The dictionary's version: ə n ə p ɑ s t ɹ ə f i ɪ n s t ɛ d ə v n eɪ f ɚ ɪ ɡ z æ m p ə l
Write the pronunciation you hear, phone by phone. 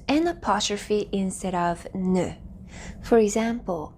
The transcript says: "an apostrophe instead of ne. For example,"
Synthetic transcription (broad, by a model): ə n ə p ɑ t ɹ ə f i ɪ n s t ɛ d ə v n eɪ f ɚ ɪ ɡ z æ m p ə l